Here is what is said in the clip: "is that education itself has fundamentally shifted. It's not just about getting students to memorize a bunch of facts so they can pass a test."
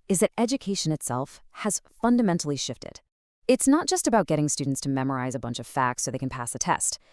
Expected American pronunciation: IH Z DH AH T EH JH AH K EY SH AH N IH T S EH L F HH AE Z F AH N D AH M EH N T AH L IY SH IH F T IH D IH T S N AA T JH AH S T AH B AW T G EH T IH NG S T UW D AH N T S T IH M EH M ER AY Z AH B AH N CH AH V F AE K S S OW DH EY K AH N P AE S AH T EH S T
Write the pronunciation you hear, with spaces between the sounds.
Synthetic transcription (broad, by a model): IH Z DH AH T EH JH AH K EY SH AH N IH T S EH L F HH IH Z F AH N D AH M EH N T L IY SH IH F T IH D IH T S N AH T JH AH S T AH B AW T G EH T IH NG S T UW D N T S T IH M EH M ER AY Z AH B AH N CH AH V F AE K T S OW DH EY K N P AE S AH T EH S T